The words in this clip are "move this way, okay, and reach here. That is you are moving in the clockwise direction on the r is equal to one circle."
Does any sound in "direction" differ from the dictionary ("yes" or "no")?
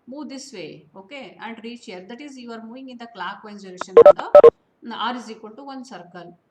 yes